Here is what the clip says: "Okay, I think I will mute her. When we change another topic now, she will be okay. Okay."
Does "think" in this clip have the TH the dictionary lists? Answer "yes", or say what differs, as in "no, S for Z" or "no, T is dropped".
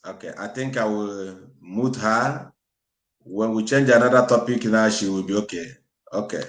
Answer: no, T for TH